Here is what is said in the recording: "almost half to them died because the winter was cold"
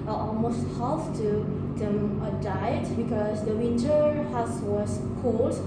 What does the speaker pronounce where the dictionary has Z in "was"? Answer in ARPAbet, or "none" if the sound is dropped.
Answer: S